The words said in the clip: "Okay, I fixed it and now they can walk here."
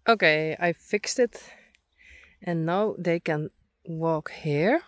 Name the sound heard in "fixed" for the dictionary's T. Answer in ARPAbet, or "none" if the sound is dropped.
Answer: T